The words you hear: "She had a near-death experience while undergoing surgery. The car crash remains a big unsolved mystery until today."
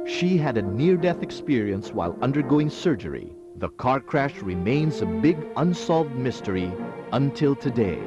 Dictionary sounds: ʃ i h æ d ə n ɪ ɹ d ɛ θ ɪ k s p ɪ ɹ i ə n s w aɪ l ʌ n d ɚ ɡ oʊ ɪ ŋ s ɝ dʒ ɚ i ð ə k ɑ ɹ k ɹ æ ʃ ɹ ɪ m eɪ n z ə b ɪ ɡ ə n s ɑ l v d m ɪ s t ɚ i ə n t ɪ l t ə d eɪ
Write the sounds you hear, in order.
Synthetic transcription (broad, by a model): ʃ i h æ d ə n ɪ ɹ d ɛ θ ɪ k s p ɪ ɹ i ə n s w aɪ l ʌ n d ɚ ɡ oʊ ɪ ŋ s ɝ dʒ ɚ i ð ə k ɑ ɹ k ɹ æ ʃ ɹ ɪ m eɪ n z ə b ɪ ɡ ə n s ɑ l v d m ɪ s t ɚ i ə n t ɪ l t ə d eɪ